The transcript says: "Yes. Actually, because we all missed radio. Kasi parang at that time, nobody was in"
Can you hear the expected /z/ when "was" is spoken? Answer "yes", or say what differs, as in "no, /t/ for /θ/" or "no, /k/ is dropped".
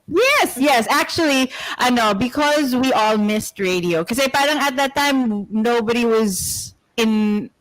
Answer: yes